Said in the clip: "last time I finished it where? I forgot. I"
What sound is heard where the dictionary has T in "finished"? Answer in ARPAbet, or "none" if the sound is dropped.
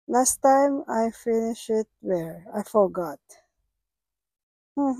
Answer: none